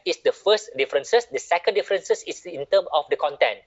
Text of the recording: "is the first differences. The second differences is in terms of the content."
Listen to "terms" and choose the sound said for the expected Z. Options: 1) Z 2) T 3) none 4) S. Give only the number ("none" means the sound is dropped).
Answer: 3